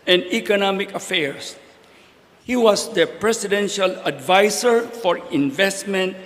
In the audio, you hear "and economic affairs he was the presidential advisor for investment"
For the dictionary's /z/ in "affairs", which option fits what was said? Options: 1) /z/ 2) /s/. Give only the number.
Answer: 2